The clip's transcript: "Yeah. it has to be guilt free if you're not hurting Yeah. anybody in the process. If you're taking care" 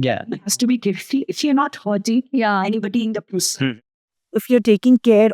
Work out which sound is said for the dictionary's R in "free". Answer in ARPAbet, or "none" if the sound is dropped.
none